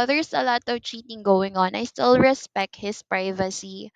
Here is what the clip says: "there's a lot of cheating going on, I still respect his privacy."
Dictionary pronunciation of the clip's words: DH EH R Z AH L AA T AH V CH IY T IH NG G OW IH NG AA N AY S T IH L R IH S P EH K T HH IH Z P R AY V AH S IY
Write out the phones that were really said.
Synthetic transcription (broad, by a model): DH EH R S AH L AA T AH V CH IY T IH NG G OW IH NG AA N AY S T IH L R IH S P EH K T HH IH S P R AY V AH S IY